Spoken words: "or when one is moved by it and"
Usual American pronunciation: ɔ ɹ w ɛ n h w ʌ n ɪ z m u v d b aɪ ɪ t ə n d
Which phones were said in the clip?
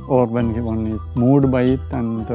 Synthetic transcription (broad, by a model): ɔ ɹ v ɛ n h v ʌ n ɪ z m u d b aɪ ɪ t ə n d